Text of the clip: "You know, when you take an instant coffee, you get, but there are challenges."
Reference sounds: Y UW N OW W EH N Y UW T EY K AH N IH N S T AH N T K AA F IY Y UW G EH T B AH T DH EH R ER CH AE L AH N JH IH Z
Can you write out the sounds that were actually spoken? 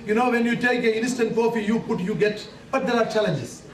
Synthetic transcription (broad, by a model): Y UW N OW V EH N Y UW T EY K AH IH N S T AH N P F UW P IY Y UW G EH T B AH T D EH R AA CH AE L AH N JH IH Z